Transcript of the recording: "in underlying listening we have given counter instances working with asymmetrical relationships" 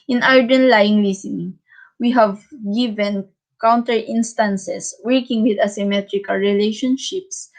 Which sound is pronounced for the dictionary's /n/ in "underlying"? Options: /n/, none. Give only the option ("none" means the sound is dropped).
none